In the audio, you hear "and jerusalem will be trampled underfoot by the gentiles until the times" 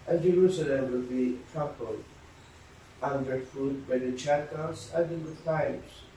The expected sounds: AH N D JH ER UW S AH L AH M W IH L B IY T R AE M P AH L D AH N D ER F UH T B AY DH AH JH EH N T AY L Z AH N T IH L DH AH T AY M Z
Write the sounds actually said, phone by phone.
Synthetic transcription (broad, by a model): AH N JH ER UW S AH L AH M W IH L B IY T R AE P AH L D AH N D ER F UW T B AY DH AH CH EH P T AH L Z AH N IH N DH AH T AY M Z